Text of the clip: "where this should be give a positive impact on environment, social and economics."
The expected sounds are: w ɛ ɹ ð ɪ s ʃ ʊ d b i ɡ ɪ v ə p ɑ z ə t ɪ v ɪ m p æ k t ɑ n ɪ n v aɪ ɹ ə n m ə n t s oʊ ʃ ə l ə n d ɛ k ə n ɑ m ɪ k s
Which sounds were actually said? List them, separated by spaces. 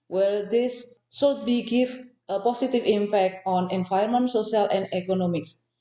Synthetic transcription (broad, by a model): w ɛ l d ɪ s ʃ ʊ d b i ɡ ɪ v ə p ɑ s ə t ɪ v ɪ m p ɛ k t ɑ n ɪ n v aɪ ə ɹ m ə n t s oʊ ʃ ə l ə n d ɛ k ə n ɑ m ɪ k s